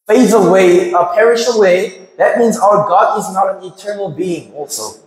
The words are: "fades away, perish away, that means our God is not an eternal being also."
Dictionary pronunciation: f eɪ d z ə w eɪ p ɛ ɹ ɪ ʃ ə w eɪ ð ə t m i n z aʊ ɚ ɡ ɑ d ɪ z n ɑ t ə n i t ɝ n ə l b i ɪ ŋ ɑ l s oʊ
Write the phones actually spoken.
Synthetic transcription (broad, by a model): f eɪ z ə w eɪ p ɛ ɹ ɪ ʃ ə w eɪ ð ə t m i n z aʊ ɚ ɡ ɑ d ɪ z n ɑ t ə n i t ɝ n l b i ɪ ŋ ɑ l s oʊ